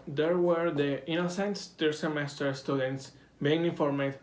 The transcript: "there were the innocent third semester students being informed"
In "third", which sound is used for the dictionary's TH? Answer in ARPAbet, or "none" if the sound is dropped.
S